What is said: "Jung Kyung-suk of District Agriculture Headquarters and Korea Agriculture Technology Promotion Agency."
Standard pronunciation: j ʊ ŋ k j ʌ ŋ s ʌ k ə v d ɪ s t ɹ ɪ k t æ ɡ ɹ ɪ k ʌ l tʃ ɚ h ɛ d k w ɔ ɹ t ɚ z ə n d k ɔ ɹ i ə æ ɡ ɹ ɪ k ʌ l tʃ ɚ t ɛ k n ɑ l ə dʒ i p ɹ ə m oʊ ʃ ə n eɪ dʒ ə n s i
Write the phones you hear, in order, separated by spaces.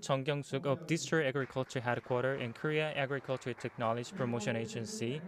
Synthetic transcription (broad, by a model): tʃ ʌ ŋ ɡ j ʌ ŋ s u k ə b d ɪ s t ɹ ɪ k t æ ɡ ɹ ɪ k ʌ l tʃ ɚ h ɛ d k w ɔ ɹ t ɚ ə n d k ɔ ɹ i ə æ ɡ ɹ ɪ k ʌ l tʃ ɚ t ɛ k n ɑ l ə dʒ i p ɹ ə m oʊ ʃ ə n eɪ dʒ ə n s i